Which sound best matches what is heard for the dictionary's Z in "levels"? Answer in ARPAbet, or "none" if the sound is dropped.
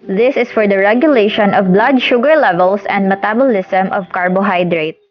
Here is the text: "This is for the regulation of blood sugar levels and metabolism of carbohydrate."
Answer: S